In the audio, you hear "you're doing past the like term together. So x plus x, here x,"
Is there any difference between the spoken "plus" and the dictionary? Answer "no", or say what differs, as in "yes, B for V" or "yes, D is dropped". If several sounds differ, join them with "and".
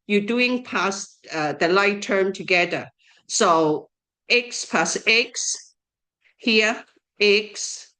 yes, L is dropped